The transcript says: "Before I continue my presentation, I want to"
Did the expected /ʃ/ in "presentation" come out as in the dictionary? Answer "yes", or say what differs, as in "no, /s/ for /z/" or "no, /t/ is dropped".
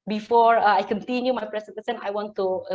no, /s/ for /ʃ/